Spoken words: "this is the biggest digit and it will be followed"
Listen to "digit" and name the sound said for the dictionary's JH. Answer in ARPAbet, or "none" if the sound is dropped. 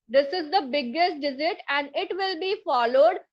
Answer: Z